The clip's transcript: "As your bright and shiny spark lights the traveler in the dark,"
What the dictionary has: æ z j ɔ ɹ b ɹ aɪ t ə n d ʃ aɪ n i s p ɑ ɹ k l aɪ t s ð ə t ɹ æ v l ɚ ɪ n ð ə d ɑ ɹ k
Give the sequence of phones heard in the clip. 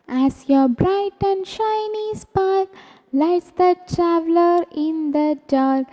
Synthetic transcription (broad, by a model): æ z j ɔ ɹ b ɹ aɪ t ə n d ʃ aɪ n i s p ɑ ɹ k l aɪ t s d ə t ɹ æ v l ɚ ɪ n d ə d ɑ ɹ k